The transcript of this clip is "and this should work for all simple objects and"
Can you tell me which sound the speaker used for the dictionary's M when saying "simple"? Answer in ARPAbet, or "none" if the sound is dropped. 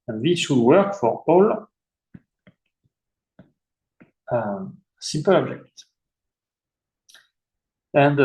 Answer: none